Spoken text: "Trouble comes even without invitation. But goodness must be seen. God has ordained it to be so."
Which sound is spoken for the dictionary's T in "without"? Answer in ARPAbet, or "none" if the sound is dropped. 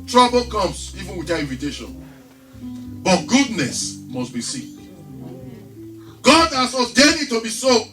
none